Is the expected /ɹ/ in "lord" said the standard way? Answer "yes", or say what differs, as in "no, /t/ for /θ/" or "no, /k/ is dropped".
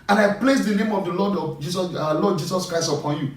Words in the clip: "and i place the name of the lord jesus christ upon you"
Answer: no, /l/ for /ɹ/